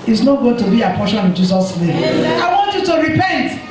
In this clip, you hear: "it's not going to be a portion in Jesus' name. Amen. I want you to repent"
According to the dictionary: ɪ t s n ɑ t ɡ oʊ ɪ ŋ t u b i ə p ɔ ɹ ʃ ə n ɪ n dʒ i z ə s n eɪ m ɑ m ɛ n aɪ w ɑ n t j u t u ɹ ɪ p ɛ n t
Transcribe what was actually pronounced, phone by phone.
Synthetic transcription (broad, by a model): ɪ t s n ɑ t ɡ oʊ ɪ ŋ t u b i ə p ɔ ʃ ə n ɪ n dʒ i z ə s n eɪ m ɑ ɪ w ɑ n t j u t u ɹ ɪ p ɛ n t